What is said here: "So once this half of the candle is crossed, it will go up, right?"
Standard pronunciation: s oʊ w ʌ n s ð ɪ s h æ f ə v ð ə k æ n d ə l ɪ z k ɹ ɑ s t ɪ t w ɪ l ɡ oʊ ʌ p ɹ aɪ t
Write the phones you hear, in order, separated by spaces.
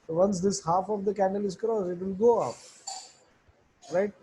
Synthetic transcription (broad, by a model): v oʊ ʌ n s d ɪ s h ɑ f ə v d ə k æ n d ə l ɪ z k ɹ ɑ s ɪ t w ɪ l ɡ oʊ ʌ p ɹ aɪ t